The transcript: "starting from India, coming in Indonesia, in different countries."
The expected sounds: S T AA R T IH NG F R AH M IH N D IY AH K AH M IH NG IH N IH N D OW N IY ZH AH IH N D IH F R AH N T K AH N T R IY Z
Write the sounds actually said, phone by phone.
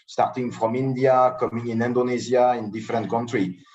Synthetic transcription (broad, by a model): S T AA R T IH NG F R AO M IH N D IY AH K AH M IH NG IH N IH N D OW N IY Z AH IH N D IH F R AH N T K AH N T R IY